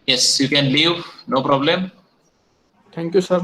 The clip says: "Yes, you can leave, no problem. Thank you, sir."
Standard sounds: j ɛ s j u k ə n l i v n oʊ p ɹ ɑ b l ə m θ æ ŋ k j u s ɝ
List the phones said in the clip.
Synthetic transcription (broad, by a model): j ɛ s j u k ə n l i v n oʊ p ɹ ɑ b l ə m t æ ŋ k j u s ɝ